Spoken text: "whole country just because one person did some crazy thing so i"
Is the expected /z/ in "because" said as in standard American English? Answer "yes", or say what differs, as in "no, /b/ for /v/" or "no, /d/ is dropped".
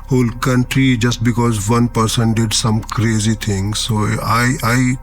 yes